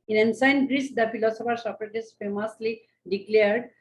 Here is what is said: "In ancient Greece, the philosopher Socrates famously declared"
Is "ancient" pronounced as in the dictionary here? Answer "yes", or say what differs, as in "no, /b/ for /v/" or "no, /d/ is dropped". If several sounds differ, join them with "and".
no, /s/ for /ʃ/